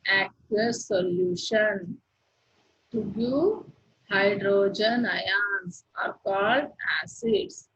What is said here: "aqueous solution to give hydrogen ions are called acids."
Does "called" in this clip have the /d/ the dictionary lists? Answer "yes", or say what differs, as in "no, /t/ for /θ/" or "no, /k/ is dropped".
yes